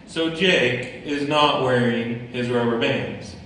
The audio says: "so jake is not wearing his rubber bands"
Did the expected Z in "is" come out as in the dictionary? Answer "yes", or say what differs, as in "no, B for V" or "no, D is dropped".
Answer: yes